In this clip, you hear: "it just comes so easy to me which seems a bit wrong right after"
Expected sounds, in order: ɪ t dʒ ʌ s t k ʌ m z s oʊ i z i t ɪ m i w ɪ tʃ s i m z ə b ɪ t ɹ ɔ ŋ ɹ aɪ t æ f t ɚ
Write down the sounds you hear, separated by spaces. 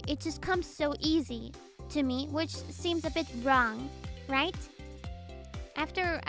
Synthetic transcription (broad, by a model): ɪ t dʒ ʌ s k ʌ m z s oʊ i z i t ɪ m i w ɪ tʃ s i m z ə b ɪ t ɹ ɔ ŋ ɹ aɪ t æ f t ɚ